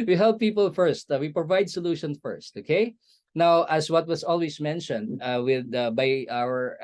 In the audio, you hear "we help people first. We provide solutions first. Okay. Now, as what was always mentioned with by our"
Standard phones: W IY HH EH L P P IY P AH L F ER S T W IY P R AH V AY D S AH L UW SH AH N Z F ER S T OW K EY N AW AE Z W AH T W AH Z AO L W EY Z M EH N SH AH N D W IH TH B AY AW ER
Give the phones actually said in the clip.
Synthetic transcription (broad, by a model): W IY HH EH L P P IY P AH L F ER S T W IY P R AH V AY D S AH L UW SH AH N S F ER S T OW K EY N AW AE S W AH T W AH S AO L W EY S M EH N SH AH N D W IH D B AY AW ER